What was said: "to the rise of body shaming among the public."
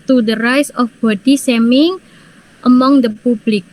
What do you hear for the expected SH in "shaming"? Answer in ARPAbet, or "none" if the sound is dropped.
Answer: S